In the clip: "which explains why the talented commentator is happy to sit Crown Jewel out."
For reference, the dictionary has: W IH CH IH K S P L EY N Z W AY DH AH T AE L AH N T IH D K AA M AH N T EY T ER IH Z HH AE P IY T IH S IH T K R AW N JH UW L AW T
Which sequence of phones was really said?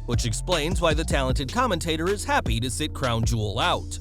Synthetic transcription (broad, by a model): W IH CH IH K S P L EY N Z W AY DH AH T AE L AH N T IH D K AA M AH N T EY T ER IH Z HH AE P IY T IH S IH T K R AW N JH UW L AW T